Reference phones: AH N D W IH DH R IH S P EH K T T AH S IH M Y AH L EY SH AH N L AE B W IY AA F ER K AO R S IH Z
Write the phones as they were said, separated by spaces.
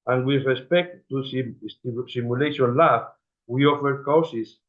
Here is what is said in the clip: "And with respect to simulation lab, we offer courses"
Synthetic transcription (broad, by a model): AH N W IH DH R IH S P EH K T S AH S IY M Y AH L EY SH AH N L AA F W IY AA F ER K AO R S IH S